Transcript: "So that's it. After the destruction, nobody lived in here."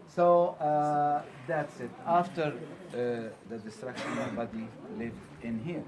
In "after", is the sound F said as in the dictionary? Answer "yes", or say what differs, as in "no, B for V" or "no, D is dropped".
yes